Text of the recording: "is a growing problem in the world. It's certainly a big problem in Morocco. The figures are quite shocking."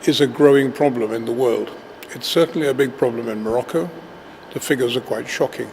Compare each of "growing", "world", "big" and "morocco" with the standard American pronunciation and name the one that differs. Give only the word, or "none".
none